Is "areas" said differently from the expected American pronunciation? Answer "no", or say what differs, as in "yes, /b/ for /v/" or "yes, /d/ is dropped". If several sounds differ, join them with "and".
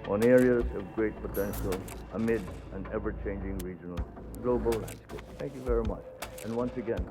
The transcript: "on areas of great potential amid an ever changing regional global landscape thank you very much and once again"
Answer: no